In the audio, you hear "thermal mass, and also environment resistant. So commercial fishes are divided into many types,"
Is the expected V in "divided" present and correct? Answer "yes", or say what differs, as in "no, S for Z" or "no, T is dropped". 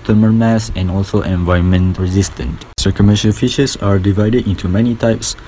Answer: yes